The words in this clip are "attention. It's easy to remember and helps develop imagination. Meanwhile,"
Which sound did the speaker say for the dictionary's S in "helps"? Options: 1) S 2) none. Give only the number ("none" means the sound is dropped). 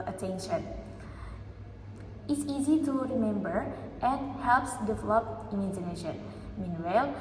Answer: 1